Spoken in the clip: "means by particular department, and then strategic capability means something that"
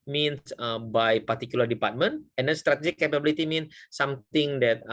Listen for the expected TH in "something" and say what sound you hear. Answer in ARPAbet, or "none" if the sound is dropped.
T